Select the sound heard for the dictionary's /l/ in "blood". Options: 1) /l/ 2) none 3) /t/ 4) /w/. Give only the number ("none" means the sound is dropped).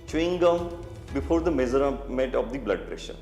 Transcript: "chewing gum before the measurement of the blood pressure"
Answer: 1